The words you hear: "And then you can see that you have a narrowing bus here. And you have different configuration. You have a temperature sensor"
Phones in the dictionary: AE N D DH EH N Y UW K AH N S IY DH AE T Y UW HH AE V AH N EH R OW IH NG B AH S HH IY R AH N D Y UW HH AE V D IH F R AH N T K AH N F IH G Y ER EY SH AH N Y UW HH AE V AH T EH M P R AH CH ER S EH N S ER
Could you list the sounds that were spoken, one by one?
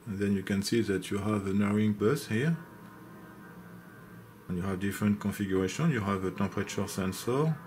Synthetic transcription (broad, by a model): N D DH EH N Y UW K AH N S IY DH AE T Y UW HH AE V AH N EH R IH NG B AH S HH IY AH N Y UW HH AE V D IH F R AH N T K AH F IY G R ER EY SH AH N Y UW HH AE V AH T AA P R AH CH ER S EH N S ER